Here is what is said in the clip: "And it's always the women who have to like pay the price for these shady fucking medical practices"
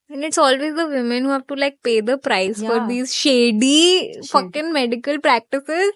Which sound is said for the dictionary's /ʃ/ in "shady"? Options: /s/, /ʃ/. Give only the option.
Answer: /ʃ/